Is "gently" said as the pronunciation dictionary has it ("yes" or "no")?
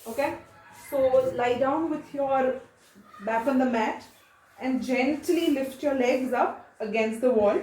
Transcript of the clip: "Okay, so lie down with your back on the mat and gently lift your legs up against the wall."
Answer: yes